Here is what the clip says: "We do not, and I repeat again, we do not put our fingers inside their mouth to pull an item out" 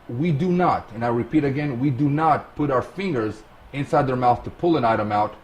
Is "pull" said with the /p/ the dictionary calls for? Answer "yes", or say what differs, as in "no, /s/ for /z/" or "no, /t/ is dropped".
yes